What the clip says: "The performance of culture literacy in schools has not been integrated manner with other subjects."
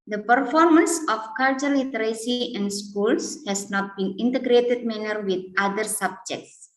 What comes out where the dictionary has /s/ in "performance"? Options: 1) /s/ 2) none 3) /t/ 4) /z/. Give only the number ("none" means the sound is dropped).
1